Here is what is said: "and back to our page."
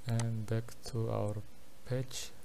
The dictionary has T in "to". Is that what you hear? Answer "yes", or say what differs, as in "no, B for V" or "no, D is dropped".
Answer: yes